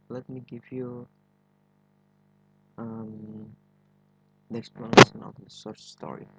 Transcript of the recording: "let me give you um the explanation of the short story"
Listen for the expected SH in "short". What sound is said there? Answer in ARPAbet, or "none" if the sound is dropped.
S